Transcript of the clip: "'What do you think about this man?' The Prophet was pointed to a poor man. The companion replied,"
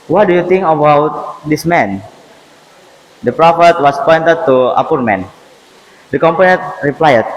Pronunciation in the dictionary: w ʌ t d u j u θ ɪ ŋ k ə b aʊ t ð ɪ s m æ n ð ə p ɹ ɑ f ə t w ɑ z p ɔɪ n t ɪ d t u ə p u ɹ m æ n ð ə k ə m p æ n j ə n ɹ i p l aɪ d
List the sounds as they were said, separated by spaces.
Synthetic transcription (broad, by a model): w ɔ t d u j u t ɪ ŋ k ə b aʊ t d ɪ s m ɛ n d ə p ɹ ɑ f ə t w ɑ s p ɔɪ n t ɪ d t u ə p u ɹ m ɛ n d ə k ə m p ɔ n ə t ɹ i p l aɪ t